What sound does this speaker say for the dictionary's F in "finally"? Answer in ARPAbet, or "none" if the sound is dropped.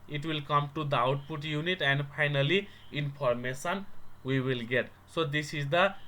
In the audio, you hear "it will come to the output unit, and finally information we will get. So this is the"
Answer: P